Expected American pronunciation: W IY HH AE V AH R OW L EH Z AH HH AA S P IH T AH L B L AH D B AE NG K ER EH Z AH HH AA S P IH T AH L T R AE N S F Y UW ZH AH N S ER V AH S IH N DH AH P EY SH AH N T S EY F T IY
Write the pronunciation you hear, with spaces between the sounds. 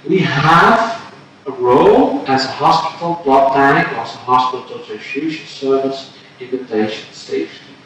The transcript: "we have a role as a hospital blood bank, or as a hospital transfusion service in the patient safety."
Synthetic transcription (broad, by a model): W IY HH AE V AH R OW L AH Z AH HH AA S P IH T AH L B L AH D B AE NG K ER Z AH HH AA S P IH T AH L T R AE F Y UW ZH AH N S ER V AH S IH N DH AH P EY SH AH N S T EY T